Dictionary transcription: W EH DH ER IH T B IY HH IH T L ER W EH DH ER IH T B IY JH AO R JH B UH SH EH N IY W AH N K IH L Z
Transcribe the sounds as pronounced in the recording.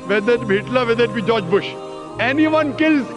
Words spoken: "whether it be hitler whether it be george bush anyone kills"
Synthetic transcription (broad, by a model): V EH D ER IH T B IY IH T L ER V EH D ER IH T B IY JH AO JH B UH SH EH N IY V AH N K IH L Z